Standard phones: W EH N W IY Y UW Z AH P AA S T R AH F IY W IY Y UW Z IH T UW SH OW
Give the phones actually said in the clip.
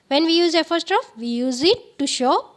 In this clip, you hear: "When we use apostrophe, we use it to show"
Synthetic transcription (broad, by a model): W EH N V IY Y UW Z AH F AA S T R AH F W IY Y UW Z IH T UW SH OW